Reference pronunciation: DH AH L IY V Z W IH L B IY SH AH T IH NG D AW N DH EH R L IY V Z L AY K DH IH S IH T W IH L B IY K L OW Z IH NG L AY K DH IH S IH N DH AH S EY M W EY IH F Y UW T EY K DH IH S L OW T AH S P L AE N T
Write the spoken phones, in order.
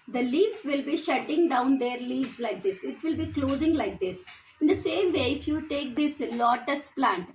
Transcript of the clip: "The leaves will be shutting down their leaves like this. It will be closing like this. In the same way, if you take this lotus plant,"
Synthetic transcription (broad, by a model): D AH L IY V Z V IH L B IY SH AH T IH NG D AW N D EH R L IY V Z L AY K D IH S IH T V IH L B IY K L OW Z IH NG L AY K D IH S IH N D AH S EY M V EY IH F Y UW T EY K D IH S L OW T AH S P L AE N T